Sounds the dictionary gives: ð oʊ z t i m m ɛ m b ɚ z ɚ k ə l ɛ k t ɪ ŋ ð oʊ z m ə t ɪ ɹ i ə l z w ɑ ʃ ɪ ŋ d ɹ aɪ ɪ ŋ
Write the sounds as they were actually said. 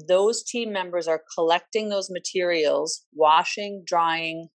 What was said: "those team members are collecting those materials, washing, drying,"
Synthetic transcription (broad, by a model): ð oʊ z t i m m ɛ m b ɚ z ɚ k ə l ɛ k t ɪ ŋ ð oʊ z m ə t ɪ ɹ i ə l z w ɑ ʃ ɪ ŋ d ɹ aɪ ɪ ŋ